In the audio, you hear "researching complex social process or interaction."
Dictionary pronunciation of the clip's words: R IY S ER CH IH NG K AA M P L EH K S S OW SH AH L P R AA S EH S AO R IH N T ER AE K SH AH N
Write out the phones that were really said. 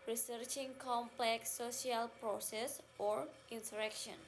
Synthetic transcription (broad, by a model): R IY S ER CH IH NG K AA M P L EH K S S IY AH L P R AA S EH S AO R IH N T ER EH K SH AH N